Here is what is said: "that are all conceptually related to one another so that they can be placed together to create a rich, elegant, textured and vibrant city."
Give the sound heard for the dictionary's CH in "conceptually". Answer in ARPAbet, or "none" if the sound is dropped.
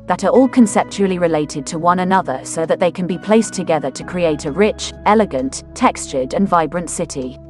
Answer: CH